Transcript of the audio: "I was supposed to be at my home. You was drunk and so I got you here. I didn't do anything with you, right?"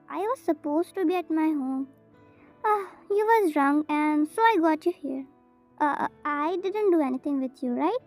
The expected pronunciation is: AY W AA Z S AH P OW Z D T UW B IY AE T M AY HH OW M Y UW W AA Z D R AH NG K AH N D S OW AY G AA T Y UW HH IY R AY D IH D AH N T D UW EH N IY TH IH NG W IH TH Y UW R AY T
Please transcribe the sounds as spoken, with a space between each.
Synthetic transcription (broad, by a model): AY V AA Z S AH P OW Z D T UW B IY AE T M AY HH OW M Y UW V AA Z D R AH NG AH N D S OW AY G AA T Y UW HH IY R AY D IH D AH N T D UW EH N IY T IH NG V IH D Y UW R AY T